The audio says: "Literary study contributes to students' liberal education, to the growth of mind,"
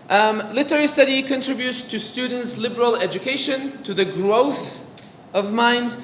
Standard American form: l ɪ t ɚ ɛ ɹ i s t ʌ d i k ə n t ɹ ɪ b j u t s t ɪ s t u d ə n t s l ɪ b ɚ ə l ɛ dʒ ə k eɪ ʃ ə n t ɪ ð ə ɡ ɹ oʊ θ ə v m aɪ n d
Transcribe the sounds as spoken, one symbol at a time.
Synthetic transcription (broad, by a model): l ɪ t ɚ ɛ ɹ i s t ʌ d i k ə n t ɹ ɪ b j u t s t ɪ s t u d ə n t s l ɪ b ɚ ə l ɛ dʒ ə k eɪ ʃ ə n t ɪ ð ə ɡ ɹ oʊ θ ə v m aɪ n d